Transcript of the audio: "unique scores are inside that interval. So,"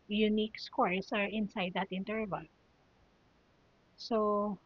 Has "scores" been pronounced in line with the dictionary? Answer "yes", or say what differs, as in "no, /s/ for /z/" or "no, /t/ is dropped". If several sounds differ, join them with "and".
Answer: no, /s/ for /z/